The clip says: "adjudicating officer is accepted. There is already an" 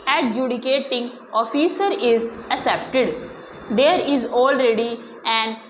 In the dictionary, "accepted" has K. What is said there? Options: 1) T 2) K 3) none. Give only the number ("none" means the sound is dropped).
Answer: 3